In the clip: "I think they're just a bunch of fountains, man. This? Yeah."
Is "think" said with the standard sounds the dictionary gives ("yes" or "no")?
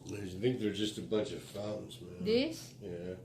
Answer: yes